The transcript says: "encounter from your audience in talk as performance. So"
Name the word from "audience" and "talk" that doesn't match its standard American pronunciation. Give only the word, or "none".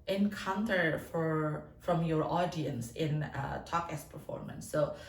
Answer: none